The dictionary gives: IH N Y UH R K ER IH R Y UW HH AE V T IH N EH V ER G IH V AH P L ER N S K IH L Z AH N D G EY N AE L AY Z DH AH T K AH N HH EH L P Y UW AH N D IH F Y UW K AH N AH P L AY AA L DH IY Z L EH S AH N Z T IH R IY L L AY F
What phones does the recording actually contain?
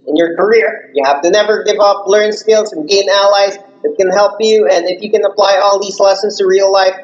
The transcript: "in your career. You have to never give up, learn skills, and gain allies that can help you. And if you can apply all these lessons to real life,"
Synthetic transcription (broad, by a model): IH N Y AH R K ER IH R Y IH HH AE F T IH N EH V ER G IH V AH P L ER N S K IH L Z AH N G EY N AE L AY Z DH AH T K AH N HH EH L P Y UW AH N IH F Y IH K AH N AH P L AY AA L DH IY Z L EH S AH N Z T IH R IY L L AY F